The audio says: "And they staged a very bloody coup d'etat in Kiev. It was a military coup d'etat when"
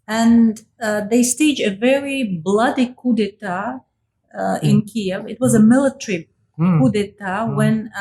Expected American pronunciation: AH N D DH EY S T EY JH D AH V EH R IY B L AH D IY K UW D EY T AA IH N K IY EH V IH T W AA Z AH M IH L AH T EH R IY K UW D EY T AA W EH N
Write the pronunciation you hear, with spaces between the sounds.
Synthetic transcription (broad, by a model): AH N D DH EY S T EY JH AH V EH R IY B L AH D IY K UW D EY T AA IH N K IY EH V IH T W AA Z AH M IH L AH T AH R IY K UW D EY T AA W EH N